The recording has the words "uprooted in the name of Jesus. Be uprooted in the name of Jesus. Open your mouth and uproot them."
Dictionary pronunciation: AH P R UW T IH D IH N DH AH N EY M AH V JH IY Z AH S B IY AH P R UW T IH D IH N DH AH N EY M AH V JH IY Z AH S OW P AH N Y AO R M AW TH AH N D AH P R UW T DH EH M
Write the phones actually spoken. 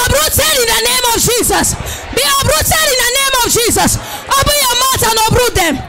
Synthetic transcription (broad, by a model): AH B R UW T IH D IH N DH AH N EY M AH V JH IY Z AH S B IY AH B R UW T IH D IH N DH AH N EY M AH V JH IY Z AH S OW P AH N Y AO M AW T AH N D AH B R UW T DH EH M